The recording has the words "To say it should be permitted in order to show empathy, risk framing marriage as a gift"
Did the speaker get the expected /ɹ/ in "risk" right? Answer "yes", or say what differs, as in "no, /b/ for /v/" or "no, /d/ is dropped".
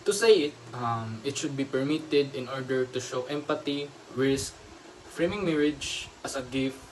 no, /w/ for /ɹ/